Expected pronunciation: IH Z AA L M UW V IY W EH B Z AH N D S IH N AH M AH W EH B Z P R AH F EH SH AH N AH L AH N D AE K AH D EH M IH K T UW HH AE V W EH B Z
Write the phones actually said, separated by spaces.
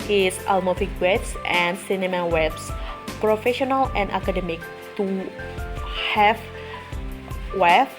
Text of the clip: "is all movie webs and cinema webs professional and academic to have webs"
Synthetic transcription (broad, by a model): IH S AA L M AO F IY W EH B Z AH N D S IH N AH M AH W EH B S P R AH F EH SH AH N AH L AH N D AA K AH D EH M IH K T UW HH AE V W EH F